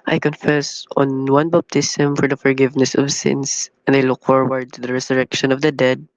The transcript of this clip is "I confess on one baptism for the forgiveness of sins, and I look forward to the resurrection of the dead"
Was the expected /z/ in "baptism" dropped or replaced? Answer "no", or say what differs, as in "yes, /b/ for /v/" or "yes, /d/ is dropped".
yes, /s/ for /z/